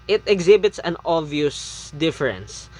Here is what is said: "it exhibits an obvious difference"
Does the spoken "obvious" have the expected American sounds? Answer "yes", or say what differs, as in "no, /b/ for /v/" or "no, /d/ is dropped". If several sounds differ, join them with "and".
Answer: no, /b/ is dropped